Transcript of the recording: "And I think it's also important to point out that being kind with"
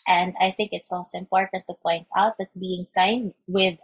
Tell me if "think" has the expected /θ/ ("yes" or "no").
yes